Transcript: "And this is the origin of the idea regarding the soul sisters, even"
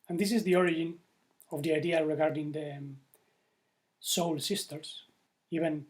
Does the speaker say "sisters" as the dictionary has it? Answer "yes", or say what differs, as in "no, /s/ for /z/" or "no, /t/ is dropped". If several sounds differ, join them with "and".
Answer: no, /s/ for /z/